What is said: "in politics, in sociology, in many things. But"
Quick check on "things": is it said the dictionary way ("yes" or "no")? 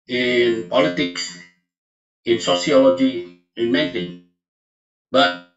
no